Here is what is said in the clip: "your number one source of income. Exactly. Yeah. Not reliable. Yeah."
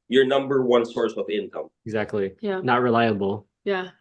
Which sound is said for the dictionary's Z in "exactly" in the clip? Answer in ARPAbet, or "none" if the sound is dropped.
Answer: Z